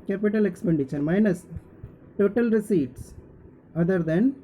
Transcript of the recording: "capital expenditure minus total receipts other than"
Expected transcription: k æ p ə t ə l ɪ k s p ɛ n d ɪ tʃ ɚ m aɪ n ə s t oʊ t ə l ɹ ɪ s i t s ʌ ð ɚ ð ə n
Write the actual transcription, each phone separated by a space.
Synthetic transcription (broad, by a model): k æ p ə t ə l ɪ k s p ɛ n d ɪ ʃ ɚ m aɪ n ə s t oʊ t ə l ɹ ɪ s i t s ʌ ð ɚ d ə n